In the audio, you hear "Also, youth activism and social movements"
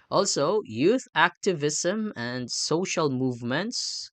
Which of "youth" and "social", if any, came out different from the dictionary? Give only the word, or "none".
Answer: none